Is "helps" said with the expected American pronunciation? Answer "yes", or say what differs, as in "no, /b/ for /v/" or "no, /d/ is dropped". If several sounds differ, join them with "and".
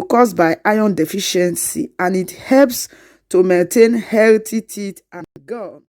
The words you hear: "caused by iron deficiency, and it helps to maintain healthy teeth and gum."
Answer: yes